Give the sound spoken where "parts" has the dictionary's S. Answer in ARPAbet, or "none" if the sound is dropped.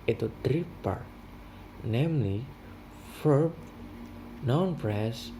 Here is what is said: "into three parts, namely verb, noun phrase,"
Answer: none